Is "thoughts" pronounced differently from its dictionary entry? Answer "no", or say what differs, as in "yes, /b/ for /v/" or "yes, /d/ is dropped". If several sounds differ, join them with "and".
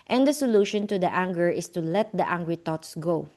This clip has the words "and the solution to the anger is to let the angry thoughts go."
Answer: yes, /t/ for /θ/